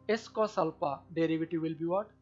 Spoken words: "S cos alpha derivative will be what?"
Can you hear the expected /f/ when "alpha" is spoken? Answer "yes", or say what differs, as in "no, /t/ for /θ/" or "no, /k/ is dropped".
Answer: no, /p/ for /f/